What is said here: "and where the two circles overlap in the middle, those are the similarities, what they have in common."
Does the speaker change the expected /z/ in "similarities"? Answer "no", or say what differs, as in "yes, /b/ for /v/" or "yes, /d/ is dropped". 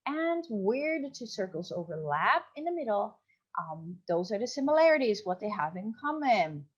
no